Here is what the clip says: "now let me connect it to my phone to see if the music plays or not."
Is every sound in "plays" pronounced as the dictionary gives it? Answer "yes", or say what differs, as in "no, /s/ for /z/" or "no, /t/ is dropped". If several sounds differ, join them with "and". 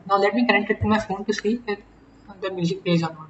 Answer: no, /l/ is dropped